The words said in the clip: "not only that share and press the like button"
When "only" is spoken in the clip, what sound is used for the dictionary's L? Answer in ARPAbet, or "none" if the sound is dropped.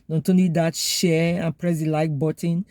none